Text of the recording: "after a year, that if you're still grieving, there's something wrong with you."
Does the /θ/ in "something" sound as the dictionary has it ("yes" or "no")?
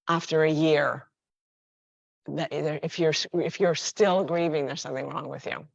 yes